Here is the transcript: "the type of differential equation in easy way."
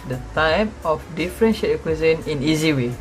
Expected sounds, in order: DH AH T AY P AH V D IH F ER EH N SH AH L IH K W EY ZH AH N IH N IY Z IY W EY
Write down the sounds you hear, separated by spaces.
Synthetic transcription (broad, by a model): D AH T AY P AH F D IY F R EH N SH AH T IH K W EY Z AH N IH N IY Z IY W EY